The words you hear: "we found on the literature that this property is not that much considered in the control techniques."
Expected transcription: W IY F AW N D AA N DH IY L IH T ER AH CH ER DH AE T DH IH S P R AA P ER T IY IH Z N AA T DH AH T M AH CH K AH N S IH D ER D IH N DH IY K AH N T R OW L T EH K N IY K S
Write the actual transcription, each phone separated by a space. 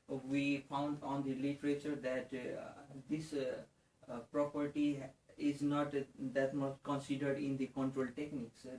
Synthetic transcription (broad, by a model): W IY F AW N D AA N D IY L IH T ER AH CH ER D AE T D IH S P R AA P ER T IY IH Z N AA T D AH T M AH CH K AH N S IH D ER D IH N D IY K AH N T R OW L T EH K N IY K S